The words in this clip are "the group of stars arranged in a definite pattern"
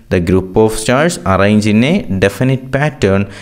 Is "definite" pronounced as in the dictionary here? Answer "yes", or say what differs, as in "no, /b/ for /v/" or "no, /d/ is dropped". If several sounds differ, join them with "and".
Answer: yes